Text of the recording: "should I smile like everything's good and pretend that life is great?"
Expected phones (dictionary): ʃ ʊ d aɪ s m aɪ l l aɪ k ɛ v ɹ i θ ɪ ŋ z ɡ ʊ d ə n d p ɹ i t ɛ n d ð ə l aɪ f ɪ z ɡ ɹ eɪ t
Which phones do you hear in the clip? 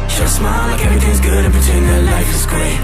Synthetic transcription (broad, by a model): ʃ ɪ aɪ s m aɪ l l aɪ k ɛ v ɹ i θ ɪ ŋ z ɡ ʊ d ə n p i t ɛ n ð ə l aɪ f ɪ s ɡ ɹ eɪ